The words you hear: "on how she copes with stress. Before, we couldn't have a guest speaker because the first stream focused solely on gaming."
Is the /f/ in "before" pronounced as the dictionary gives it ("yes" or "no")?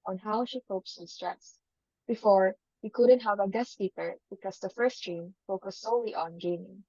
yes